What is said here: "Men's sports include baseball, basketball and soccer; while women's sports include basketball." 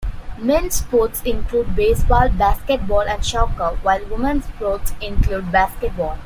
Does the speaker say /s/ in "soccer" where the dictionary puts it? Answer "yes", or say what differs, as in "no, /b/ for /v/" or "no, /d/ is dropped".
no, /ʃ/ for /s/